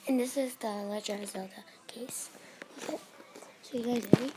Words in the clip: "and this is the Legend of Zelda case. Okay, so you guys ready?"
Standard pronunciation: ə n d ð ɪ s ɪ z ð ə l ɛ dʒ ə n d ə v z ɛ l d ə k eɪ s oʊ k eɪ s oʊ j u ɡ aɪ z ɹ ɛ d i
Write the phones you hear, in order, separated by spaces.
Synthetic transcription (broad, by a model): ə n ð ɪ s ɪ z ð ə l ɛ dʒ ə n ə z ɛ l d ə k eɪ s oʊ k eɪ s oʊ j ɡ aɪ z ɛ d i